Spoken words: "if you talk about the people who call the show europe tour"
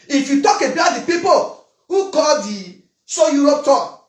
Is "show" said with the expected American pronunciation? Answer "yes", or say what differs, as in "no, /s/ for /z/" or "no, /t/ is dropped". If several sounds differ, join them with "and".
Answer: no, /s/ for /ʃ/